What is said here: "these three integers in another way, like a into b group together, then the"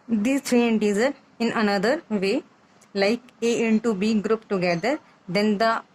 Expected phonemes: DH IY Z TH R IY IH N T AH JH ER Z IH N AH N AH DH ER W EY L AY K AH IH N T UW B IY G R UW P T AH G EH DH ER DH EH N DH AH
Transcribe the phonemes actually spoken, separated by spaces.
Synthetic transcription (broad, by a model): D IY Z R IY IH N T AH Z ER IH N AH N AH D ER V EY L AY K AH IH N T UW B IY G R UW P T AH G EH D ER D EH N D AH